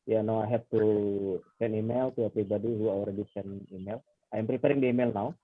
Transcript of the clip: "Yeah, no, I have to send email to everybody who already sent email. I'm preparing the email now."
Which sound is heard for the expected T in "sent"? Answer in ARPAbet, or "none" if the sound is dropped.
none